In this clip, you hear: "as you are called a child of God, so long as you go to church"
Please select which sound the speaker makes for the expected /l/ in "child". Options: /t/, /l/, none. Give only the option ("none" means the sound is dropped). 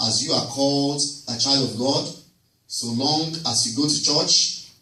/l/